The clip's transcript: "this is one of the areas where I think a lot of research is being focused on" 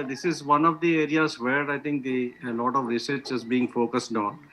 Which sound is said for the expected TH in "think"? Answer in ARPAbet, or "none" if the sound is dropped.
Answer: T